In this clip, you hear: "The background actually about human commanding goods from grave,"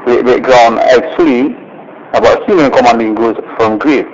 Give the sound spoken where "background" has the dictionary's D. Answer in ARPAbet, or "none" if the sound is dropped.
none